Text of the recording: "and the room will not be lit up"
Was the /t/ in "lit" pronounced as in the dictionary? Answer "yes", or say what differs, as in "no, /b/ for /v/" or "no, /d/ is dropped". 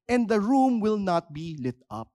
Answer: yes